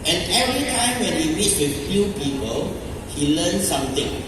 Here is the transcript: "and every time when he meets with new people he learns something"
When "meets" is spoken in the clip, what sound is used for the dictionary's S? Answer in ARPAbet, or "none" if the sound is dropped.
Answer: none